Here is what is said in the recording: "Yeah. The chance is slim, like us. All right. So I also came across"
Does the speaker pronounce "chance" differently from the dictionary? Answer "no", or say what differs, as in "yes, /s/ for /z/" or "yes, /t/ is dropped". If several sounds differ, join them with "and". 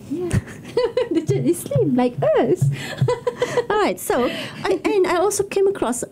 yes, /s/ is dropped